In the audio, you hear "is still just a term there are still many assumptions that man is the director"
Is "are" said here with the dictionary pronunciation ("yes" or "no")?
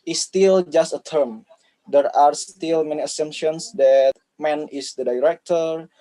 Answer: yes